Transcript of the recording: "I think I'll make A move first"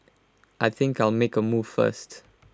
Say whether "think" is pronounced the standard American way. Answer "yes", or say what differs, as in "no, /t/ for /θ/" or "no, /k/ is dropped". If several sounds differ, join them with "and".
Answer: yes